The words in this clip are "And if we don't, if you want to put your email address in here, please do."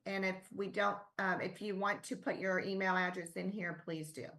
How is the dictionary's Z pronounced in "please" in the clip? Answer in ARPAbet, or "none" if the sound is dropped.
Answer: Z